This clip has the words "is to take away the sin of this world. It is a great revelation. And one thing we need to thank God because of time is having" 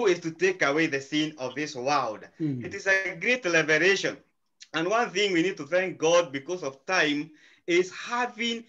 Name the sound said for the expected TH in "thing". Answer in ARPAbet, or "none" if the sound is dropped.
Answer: TH